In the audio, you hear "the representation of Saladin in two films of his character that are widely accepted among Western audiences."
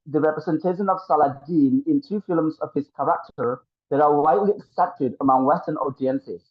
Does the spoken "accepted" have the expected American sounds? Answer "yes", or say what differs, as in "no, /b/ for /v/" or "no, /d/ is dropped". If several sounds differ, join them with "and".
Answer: yes